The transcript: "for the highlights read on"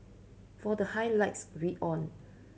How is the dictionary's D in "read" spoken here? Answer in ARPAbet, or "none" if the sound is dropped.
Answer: none